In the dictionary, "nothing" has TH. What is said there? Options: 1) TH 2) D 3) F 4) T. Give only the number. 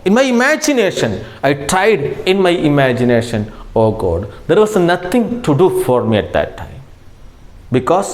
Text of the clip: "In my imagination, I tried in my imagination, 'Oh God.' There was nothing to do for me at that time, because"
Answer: 4